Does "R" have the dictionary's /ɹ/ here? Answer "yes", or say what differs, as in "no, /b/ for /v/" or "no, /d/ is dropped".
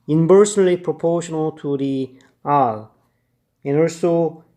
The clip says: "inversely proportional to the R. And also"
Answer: no, /l/ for /ɹ/